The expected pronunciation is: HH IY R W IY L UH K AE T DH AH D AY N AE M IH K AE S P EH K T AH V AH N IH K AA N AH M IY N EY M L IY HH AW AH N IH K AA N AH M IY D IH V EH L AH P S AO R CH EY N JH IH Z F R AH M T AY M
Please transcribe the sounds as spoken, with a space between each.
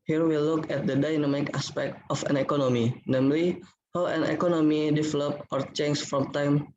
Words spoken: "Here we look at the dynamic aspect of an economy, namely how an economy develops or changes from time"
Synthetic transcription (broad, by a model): HH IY R W IY L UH K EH T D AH D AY N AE M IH K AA S P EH K T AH F AH N IH K AA N AH M IY N EY M L IY HH AW AH N IH K AA N AH M IY D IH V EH L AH P AO R CH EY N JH F R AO M T AY M